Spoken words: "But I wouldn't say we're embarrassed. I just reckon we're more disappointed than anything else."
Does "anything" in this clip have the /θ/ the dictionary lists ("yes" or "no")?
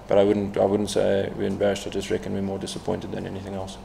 yes